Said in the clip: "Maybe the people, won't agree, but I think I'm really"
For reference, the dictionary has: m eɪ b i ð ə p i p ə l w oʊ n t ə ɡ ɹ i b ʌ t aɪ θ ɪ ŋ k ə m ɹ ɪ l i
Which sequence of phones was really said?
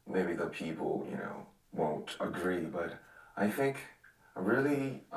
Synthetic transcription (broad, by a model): m eɪ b i ð ə p i p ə n w oʊ n t ə ɡ ɹ i b ʌ t aɪ θ ɪ ŋ k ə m ɹ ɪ l i